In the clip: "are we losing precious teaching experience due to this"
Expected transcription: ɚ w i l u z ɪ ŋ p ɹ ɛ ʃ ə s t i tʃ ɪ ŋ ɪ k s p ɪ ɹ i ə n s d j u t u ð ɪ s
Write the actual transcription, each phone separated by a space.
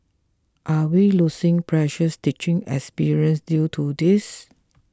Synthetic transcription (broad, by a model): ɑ w i l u s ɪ ŋ p ɹ ɛ ʃ ə s t i tʃ ɪ ŋ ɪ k s p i ɹ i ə n s d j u t u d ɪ s